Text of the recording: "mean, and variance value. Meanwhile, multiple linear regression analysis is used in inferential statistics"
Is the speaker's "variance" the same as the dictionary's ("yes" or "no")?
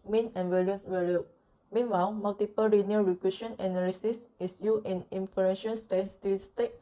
no